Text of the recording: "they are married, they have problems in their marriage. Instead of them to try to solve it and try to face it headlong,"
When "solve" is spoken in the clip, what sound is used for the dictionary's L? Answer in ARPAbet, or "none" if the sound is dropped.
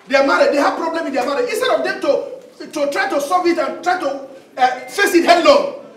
none